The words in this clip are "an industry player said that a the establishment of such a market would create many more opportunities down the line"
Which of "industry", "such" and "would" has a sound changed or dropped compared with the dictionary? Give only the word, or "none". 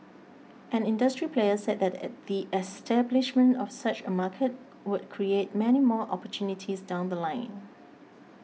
none